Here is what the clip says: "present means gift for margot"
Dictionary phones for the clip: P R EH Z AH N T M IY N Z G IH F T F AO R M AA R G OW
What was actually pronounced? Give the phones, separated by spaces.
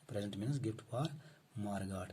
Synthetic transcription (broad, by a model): P R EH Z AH N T M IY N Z G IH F T P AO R M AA R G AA